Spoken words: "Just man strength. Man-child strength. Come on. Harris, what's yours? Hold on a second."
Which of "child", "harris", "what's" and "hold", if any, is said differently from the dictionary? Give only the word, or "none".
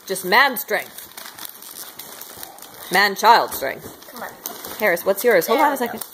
hold